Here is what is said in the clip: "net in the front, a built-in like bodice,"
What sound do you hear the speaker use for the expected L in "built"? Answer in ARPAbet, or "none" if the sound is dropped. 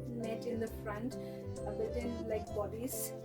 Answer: none